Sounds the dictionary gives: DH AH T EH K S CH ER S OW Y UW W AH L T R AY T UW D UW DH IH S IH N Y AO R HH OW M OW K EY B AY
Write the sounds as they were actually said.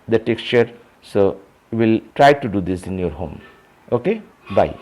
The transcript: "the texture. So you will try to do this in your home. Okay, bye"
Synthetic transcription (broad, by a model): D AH T EH K S CH ER S OW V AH L T R AY T UW D UW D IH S IH N Y AO R HH OW M OW K EY B AY